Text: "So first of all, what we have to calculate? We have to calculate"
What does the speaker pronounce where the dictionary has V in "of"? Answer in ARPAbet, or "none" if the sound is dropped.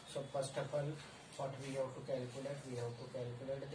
P